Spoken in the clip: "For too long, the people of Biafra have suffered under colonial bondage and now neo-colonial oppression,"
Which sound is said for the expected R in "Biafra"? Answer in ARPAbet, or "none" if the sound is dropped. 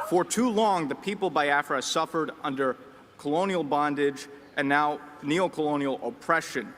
R